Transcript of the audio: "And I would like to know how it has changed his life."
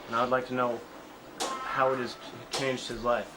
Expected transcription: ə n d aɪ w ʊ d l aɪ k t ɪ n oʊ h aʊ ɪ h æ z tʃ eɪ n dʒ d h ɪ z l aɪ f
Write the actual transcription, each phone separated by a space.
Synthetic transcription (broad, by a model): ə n aɪ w d l aɪ k t ɪ n oʊ h aʊ ɪ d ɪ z tʃ eɪ n dʒ d h ɪ z l aɪ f